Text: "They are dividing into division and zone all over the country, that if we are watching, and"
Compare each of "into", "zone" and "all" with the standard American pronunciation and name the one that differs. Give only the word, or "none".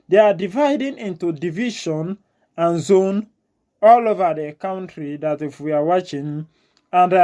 none